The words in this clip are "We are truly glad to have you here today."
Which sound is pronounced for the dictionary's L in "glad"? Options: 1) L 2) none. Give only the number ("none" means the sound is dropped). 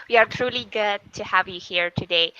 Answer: 2